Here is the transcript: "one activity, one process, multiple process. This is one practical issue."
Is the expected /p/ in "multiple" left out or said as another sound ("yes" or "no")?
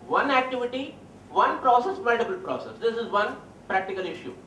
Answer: yes